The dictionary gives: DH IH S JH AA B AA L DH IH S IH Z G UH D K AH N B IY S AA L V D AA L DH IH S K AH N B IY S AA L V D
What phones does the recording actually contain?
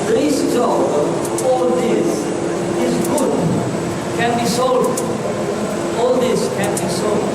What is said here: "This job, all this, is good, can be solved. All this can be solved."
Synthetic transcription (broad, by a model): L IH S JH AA AA L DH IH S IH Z G UH D K AH N B IY S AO L D AA L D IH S K AH N B IY S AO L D